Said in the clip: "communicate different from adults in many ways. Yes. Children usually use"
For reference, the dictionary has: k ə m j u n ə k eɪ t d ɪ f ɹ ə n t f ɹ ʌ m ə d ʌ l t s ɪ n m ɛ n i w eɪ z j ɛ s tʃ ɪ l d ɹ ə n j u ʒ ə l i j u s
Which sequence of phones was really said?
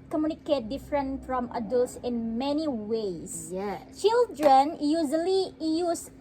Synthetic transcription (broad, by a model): k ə m j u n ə k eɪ t d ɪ f ɹ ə n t f ɹ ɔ m ə d ʌ l t s ɪ n m ɛ n i w eɪ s tʃ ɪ l d ɹ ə n j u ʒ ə l i j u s